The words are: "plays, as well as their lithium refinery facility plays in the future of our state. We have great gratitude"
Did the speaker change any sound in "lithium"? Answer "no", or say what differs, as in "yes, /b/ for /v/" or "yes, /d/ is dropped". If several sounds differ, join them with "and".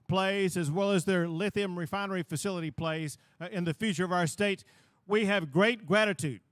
no